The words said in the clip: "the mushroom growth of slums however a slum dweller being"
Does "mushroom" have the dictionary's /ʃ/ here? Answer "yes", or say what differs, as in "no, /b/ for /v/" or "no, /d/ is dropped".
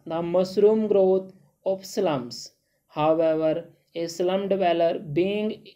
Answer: no, /s/ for /ʃ/